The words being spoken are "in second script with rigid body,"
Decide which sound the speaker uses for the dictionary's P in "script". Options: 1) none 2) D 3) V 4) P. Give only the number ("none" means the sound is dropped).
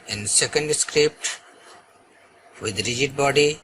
4